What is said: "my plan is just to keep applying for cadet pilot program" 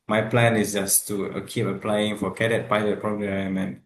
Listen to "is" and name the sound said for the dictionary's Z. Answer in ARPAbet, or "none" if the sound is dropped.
S